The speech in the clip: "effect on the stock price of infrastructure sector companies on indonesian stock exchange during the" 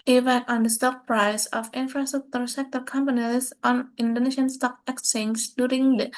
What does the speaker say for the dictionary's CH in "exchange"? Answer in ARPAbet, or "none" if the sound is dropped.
none